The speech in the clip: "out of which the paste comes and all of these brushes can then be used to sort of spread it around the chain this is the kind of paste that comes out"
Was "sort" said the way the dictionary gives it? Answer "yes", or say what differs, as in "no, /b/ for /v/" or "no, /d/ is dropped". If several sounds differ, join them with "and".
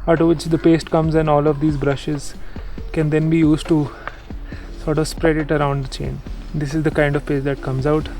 yes